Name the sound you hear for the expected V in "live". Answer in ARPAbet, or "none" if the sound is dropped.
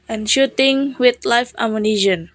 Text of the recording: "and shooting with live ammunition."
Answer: F